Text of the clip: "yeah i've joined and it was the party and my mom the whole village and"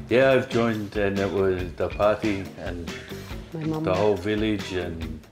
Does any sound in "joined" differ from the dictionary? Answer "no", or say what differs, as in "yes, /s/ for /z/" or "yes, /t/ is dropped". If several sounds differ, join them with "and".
no